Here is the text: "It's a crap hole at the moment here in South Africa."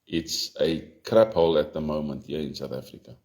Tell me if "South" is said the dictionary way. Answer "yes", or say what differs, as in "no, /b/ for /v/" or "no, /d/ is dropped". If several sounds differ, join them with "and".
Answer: yes